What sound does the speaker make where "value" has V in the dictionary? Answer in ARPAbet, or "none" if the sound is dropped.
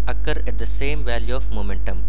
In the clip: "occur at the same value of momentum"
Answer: V